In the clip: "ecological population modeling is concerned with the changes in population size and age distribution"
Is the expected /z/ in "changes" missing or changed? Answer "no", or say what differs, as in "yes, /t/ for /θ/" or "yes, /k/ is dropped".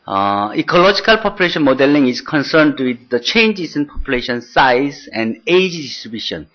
yes, /s/ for /z/